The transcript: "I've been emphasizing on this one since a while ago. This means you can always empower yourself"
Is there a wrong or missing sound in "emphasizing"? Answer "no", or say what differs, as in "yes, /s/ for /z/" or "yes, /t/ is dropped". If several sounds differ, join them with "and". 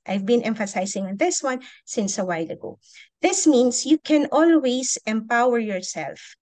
yes, /s/ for /z/